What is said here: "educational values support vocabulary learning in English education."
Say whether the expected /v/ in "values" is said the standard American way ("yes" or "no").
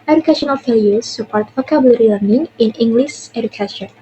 no